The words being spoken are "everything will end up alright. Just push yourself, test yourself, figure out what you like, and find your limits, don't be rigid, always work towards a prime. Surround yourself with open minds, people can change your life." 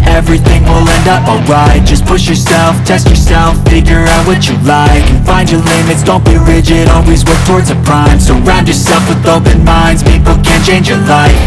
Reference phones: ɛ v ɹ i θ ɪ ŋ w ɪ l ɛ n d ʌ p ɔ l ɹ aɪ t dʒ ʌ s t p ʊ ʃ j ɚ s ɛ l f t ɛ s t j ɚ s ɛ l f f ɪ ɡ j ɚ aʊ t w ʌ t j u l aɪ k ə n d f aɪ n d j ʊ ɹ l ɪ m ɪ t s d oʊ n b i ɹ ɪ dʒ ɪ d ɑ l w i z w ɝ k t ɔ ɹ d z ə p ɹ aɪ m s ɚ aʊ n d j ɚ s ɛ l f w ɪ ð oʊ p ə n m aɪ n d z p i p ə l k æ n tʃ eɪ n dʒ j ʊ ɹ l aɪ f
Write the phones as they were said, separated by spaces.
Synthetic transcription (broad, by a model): ɛ v ɹ i θ ɪ ŋ w ɪ l ɛ n d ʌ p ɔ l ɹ aɪ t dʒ ʌ s p ʊ ʃ j ɚ s ɛ l f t ɛ s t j ɚ s ɛ l f f ɪ ɡ j ɚ aʊ t w ʌ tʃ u l aɪ k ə n f aɪ n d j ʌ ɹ l ɪ m ɪ t s d oʊ n b i ɹ ɪ dʒ ɪ d ɑ l w i z w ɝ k t ɔ ɹ d z ə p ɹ aɪ m s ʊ aʊ n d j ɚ s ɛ l f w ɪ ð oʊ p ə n m aɪ n d z p i p l k æ n tʃ eɪ n dʒ j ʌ ɹ l aɪ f